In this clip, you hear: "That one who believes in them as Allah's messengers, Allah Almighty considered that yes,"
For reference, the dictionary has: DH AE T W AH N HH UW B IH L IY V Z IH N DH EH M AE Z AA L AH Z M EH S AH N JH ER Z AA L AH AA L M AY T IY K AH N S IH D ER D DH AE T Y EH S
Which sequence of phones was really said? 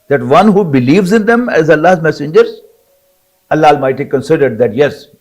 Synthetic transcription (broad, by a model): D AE T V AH N HH UW B IH L IY V Z IH N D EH M AE Z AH L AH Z M EH S AH N JH ER Z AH L AA L M AY T IY K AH N S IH D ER D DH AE T Y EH S